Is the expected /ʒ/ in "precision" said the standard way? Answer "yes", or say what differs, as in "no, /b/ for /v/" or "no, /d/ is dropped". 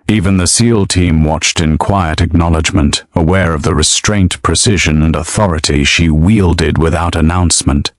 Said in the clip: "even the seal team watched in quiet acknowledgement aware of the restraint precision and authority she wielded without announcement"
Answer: yes